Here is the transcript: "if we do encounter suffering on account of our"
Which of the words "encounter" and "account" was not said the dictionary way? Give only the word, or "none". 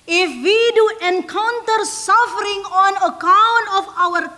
none